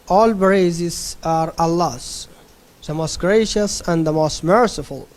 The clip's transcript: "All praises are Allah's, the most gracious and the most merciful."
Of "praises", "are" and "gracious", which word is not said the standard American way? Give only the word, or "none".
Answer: praises